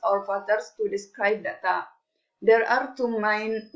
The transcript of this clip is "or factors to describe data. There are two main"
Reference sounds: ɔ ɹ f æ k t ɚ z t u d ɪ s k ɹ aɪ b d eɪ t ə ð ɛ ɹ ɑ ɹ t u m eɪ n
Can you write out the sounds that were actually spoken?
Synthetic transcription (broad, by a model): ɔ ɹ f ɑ t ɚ s t u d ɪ s k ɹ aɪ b d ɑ t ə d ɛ ɹ ɑ ɹ t u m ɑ n